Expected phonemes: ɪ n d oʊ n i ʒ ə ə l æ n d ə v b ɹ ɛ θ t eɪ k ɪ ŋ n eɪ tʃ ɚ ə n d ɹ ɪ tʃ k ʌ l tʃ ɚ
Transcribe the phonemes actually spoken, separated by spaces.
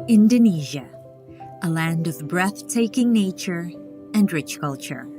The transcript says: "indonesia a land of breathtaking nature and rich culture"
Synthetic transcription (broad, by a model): ɪ n d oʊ n i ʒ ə ə l æ n d ə v b ɹ ɛ θ t eɪ k ɪ ŋ n eɪ tʃ ɚ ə n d ɹ ɪ tʃ k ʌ l tʃ ɚ